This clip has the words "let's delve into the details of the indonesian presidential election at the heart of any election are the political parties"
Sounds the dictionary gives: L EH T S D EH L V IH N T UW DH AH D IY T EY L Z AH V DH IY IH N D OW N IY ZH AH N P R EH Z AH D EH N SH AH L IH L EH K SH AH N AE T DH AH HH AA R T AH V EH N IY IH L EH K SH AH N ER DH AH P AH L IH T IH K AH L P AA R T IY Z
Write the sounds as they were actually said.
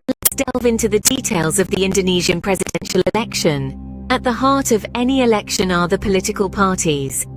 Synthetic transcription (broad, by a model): L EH T S D EH L V IH N T UW DH AH D IY T EY L Z AH V DH IY IH N D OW N IY ZH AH N P R EH Z AH D EH N SH AH L IH L EH K SH AH N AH T DH AH HH AA T AH V EH N IY IH L EH K SH AH N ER DH AH P AH L IH T IH K AH L P AA T IY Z